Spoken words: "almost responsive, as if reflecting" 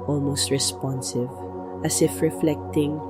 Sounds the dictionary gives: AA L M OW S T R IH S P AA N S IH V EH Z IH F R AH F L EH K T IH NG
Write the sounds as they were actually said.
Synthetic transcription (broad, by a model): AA L M OW S T R IH S P AA N S IH V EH S IH F R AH F L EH K T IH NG